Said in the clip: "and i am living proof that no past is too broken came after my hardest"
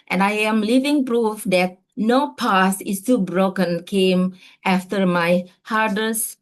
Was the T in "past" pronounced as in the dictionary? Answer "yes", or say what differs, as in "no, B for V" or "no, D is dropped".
no, T is dropped